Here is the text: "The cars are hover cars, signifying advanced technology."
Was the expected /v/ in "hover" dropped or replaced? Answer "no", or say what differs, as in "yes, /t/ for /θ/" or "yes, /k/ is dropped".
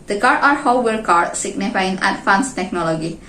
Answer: yes, /w/ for /v/